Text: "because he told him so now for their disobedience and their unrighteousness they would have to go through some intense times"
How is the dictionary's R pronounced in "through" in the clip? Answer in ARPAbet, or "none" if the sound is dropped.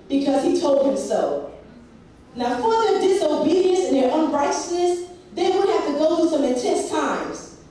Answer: none